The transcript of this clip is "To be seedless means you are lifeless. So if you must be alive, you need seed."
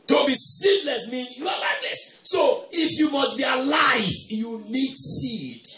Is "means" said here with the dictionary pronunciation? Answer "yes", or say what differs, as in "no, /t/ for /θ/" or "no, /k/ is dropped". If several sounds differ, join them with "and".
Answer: no, /z/ is dropped